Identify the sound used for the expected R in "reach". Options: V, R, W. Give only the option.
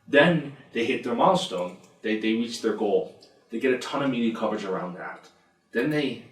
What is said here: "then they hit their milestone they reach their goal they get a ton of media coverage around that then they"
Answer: R